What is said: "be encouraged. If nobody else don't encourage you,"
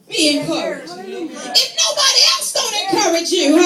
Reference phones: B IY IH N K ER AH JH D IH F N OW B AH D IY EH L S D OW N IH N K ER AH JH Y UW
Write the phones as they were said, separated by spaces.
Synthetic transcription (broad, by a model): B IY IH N K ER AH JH IH F N OW B AH D IY EH L S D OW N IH N K ER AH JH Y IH